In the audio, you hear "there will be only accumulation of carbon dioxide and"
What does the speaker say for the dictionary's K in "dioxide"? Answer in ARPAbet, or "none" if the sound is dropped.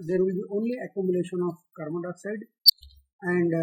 none